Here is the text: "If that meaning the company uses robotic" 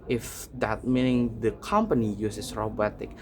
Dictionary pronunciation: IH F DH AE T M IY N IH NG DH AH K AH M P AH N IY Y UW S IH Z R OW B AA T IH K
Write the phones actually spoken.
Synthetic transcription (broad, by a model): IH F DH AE T M IY N IH NG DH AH K AH M P AH N IY Y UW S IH S R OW B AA T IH K